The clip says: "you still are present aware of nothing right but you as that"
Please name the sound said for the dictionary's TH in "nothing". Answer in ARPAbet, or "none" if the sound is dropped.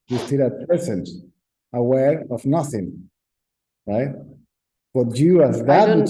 TH